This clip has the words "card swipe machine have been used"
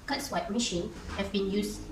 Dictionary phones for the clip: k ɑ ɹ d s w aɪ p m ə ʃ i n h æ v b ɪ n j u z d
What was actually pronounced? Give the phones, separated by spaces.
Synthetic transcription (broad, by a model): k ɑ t s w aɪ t m ə ʃ i n h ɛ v b ɪ n j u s